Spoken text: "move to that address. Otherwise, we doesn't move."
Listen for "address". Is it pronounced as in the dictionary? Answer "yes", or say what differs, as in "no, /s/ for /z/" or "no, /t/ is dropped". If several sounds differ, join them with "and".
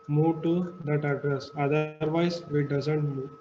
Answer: yes